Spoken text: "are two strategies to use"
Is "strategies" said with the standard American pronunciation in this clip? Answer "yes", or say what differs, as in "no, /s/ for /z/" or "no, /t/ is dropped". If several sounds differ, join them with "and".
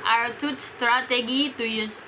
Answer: no, /z/ is dropped